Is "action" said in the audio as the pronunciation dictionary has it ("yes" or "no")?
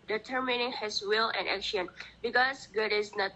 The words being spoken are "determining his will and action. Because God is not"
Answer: yes